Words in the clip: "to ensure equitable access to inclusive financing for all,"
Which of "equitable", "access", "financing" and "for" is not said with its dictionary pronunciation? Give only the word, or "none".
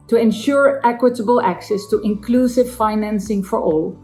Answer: none